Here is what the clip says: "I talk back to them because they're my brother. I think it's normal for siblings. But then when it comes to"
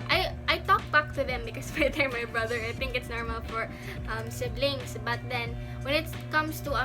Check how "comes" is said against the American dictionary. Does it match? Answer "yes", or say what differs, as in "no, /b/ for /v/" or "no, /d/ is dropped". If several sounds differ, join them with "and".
no, /s/ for /z/